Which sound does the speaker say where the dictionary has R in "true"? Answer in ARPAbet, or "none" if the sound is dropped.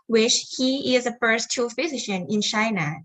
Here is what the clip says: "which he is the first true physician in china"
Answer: none